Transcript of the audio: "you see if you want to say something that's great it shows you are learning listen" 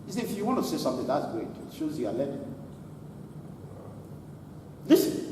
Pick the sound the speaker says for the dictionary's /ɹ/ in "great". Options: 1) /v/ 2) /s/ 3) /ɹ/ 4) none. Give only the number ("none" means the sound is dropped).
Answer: 4